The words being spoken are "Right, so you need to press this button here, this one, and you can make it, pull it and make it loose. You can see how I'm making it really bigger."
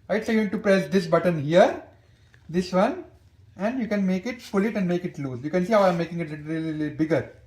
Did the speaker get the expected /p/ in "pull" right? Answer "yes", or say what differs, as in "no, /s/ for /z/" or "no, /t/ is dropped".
no, /f/ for /p/